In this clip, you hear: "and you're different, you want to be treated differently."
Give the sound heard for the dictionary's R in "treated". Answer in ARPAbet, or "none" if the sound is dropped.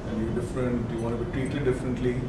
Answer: none